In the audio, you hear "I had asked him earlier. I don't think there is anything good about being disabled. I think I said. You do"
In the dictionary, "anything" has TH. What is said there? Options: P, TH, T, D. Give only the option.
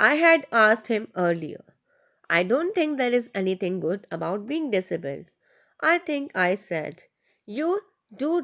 T